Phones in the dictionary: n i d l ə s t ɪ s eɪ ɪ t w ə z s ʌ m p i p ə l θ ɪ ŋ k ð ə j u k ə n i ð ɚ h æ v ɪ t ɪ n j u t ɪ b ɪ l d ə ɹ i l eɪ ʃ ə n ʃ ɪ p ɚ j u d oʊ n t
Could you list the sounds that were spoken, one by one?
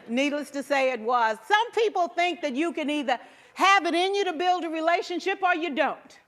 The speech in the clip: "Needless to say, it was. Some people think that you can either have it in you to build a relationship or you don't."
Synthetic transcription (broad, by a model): n i d l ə s t ɪ s eɪ ɪ t w ə z s ʌ m p i p l θ ɪ ŋ k ð ə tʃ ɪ k ə n i ð ɚ h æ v ɪ t ɪ n j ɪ t ɪ b ɪ l d ə ɹ i l eɪ ʃ ə n ʃ ɪ p ɚ j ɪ d oʊ n t